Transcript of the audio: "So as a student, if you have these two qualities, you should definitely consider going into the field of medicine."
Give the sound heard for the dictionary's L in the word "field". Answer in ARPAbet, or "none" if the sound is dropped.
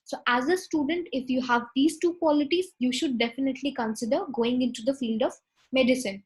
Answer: L